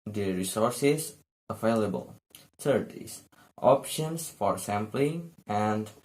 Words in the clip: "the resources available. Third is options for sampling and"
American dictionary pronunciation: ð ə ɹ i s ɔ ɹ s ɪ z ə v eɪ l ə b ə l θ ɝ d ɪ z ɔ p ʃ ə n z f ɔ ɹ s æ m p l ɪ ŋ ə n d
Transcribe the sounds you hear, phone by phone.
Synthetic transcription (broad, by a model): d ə ɹ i s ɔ ɹ s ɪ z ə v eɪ l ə b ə l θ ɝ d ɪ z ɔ p ʃ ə n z f ɔ ɹ s æ m p l ɪ ŋ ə n d